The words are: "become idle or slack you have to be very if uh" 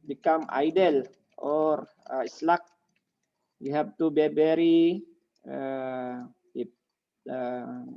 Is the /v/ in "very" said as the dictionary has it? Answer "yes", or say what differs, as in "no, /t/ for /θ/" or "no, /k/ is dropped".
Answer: no, /b/ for /v/